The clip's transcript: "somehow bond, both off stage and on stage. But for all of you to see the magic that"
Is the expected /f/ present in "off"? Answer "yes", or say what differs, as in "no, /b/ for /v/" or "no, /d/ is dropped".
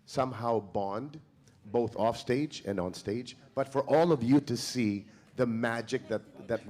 yes